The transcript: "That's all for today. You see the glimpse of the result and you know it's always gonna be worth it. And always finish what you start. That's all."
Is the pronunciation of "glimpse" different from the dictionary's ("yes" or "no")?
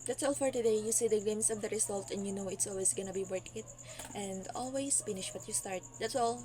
yes